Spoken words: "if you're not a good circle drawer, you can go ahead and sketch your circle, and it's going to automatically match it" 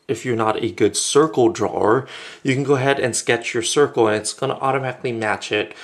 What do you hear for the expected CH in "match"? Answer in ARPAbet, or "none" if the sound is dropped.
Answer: CH